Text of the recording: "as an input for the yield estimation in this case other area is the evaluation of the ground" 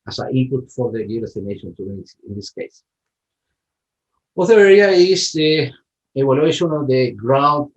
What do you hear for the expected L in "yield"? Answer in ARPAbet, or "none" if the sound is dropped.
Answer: none